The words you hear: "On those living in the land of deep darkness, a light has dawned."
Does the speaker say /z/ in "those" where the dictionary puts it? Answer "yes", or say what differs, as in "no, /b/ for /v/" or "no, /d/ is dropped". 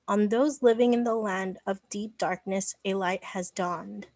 yes